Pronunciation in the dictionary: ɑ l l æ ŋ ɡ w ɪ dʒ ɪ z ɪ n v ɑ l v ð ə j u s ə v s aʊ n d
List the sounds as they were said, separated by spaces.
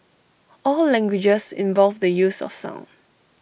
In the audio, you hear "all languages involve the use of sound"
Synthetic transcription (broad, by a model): ɑ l l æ ŋ ɡ w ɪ dʒ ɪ s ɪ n v ɑ l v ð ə j u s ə f s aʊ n